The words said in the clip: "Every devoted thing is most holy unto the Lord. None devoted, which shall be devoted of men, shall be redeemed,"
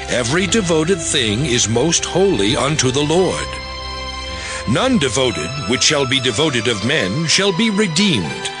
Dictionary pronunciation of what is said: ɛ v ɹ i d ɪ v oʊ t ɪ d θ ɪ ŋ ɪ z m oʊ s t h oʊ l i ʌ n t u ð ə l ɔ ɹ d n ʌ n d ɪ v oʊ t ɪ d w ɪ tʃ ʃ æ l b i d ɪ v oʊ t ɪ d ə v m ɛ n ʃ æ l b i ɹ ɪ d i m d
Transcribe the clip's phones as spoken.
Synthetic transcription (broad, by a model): ɛ v ɹ i d ɪ v oʊ t ɪ d θ ɪ ŋ ɪ z m oʊ s t h oʊ l i ʌ n t u ð ə l ɔ ɹ d n ʌ n d ɪ v oʊ t ɪ d w ɪ tʃ ʃ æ l b i d ɪ v oʊ t ɪ d ə v m ɛ n ʃ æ l b i ɹ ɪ d i m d